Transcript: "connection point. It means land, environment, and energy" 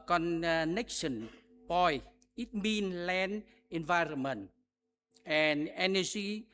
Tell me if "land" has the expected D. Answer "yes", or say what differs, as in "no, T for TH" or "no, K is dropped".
no, D is dropped